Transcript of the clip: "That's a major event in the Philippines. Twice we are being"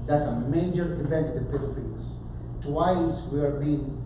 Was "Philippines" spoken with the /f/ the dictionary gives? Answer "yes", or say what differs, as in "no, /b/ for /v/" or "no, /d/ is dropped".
no, /p/ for /f/